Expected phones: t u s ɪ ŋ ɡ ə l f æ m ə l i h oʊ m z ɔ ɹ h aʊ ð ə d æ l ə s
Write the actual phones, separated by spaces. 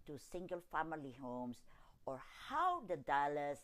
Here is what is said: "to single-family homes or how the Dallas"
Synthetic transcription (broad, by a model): t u s ɪ ŋ ɡ ə l f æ m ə l i h oʊ m s ɔ ɹ h aʊ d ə d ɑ l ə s